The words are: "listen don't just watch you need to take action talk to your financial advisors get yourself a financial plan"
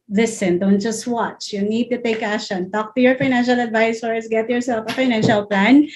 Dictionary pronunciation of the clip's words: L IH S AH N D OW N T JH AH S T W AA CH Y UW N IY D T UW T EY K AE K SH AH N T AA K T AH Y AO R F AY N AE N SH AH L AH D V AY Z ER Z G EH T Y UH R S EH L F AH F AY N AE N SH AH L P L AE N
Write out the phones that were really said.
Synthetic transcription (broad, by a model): L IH S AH N D OW N T JH AH S T W AA CH Y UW N IY D T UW T EY K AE SH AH N T AA K T AH Y AO R F AY N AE N SH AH L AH D V AY S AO S G EH T Y UH R S EH L F AH F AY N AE N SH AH L P L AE N